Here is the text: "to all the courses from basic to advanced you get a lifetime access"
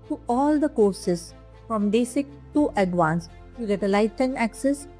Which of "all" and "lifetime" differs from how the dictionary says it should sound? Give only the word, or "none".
lifetime